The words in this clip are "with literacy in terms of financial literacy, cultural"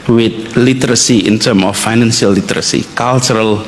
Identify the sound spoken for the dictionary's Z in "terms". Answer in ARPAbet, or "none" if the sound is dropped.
none